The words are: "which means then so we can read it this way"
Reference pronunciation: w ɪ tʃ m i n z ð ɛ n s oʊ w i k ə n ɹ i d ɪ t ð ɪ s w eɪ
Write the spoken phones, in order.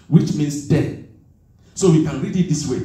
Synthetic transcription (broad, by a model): w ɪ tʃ m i n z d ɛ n s oʊ w i k ə n ɹ i d ɪ t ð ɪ s w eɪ